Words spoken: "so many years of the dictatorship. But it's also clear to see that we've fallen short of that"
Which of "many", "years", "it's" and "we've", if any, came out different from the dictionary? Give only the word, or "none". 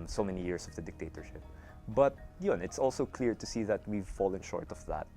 years